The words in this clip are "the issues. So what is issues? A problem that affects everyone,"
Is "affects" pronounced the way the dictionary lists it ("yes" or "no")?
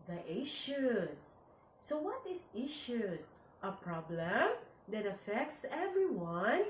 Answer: yes